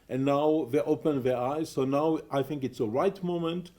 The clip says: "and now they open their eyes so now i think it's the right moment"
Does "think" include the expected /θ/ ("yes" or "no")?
yes